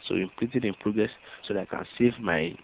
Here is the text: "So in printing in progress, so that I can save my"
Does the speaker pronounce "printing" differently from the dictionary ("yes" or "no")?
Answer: yes